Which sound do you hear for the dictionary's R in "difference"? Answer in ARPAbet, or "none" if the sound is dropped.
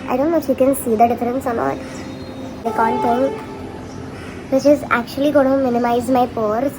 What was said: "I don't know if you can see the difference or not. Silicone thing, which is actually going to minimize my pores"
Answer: R